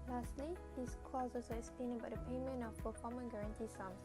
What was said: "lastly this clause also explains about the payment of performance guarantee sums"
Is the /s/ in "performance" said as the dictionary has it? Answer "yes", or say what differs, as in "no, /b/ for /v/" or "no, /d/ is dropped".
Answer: no, /s/ is dropped